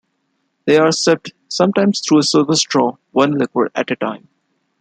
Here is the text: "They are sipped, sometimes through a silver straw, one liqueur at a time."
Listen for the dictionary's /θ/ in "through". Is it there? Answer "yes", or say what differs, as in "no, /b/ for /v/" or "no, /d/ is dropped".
no, /t/ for /θ/